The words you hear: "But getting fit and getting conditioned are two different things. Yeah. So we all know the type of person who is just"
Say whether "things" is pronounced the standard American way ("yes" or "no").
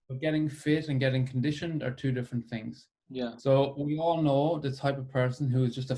yes